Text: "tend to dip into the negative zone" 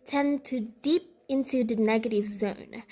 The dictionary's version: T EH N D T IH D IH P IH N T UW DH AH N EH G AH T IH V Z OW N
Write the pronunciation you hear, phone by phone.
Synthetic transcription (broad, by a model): T EH N T IH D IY P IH N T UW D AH N EH G AH T IH V Z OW N